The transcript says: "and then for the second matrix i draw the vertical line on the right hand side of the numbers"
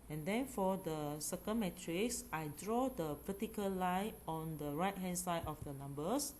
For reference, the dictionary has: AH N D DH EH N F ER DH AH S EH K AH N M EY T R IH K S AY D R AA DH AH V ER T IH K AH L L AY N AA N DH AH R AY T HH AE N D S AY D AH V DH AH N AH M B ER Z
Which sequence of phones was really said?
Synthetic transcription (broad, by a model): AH N D EH N F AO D AH S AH K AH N M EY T R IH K S AY D R AA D AH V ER T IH K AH L L AY AA N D AH R AY T HH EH N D S AY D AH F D AH N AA M B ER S